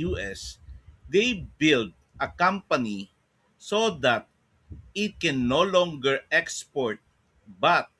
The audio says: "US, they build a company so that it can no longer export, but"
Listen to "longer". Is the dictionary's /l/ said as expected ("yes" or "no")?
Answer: yes